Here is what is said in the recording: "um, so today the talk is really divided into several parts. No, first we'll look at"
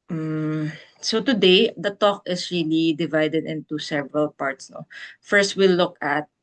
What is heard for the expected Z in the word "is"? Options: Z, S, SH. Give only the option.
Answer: S